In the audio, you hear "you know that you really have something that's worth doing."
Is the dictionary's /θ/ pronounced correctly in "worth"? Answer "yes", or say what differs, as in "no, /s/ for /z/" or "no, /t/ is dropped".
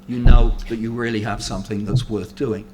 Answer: yes